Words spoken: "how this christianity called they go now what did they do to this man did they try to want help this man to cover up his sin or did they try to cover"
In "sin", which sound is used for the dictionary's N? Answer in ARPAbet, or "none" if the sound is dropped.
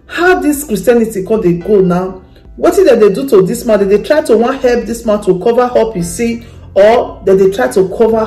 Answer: none